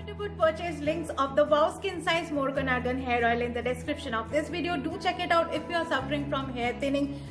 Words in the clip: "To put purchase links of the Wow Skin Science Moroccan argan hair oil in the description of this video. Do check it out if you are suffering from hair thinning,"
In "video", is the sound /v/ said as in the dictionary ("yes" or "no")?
yes